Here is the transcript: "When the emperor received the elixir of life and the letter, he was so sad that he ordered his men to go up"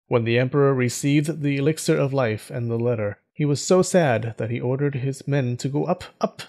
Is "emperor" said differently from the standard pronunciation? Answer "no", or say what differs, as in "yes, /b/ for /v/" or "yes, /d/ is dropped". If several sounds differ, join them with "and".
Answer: no